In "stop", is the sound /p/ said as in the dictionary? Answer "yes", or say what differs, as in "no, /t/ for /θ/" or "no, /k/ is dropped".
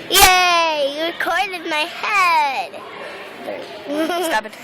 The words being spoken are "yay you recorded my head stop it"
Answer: no, /b/ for /p/